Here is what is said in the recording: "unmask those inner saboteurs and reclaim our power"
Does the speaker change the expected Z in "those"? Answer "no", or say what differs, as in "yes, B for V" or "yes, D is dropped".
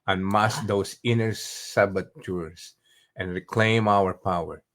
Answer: yes, S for Z